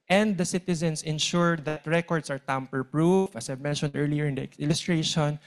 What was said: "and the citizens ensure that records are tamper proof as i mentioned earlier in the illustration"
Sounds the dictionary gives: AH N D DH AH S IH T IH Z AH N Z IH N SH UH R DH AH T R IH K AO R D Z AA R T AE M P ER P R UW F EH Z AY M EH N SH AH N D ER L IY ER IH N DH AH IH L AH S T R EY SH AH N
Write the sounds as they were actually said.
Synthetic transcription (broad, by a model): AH N D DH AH S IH T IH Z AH N S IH N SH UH R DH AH T R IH K AO R D S AA R T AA M P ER P R UW F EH S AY M EH N SH AH N D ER L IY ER IH N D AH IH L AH S T R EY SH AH N